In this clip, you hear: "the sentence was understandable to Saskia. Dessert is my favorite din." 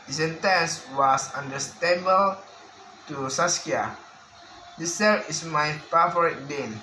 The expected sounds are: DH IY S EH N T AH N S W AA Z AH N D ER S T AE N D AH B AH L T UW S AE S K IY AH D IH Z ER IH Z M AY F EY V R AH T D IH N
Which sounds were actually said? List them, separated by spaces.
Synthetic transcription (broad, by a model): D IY S EH N T AH N S W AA S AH N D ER S T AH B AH L T UW S AE S K IY AH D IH S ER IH S M AY P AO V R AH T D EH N